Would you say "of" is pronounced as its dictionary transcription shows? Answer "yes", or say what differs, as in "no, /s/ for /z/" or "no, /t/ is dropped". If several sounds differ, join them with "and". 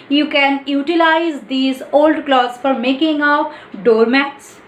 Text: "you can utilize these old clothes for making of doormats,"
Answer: no, /p/ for /v/